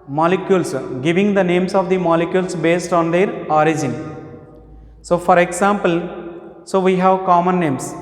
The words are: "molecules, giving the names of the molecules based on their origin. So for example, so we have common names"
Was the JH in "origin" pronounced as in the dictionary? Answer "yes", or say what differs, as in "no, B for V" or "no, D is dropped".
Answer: yes